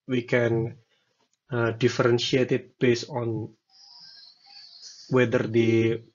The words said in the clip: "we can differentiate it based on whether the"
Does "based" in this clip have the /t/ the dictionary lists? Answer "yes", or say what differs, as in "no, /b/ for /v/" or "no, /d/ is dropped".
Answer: no, /t/ is dropped